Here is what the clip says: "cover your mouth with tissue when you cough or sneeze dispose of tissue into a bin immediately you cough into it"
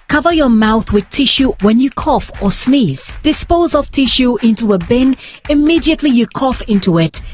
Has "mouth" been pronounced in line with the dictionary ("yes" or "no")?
yes